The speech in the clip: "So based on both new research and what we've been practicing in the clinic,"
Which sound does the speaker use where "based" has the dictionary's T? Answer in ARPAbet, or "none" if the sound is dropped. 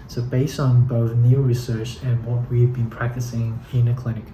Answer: T